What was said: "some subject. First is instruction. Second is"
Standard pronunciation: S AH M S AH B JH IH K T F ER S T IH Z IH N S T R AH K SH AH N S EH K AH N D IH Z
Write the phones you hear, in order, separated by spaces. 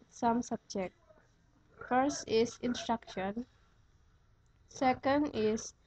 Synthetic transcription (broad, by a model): S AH M S AH B JH IH K T F ER S T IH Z IH N S T R AH K SH AH N S EH K AH N D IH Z